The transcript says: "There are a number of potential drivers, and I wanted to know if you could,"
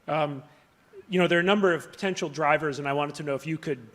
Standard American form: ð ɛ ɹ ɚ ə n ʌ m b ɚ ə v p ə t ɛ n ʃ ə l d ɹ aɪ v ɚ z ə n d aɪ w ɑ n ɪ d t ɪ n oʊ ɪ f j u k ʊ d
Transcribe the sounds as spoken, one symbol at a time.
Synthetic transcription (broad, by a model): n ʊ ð ɚ ə n ʌ m b ɚ ə v p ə t ɛ n ʃ l d ɹ aɪ v ɚ z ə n aɪ w ɑ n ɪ d t ɪ n oʊ ɪ f j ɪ k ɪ d